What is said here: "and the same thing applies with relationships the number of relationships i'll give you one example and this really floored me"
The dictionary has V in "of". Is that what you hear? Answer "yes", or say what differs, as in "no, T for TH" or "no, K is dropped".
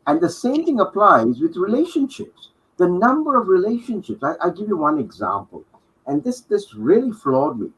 yes